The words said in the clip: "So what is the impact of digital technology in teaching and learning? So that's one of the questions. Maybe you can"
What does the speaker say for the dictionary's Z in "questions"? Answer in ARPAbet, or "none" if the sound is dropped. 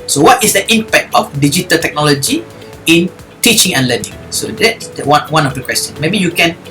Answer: none